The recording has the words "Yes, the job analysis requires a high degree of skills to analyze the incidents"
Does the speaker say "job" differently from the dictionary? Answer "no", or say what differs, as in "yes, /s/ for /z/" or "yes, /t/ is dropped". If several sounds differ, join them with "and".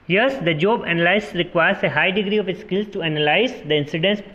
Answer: no